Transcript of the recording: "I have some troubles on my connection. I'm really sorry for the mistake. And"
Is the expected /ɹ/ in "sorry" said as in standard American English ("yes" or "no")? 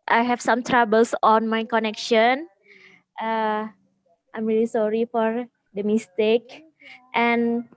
yes